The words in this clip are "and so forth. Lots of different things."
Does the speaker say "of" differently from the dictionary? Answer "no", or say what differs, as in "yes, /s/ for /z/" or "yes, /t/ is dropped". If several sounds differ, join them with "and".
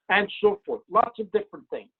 no